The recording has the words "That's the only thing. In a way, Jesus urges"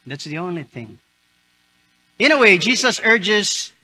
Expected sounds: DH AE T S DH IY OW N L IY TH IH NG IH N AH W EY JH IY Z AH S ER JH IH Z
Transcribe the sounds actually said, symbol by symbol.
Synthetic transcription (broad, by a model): DH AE T S DH IY OW N L IY TH IH NG IH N AH W EY JH IY Z AH S ER JH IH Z